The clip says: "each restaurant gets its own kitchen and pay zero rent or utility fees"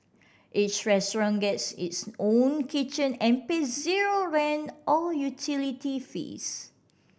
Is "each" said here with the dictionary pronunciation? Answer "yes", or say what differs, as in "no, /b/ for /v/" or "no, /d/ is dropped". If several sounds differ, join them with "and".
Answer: no, /s/ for /tʃ/